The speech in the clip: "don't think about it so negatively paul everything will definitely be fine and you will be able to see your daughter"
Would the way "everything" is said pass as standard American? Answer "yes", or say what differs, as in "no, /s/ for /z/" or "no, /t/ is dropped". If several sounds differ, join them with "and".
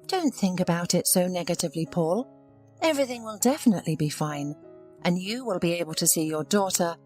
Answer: yes